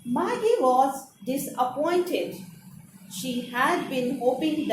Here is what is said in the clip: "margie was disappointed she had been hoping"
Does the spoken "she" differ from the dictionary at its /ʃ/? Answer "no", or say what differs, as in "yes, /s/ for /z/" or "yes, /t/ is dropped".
no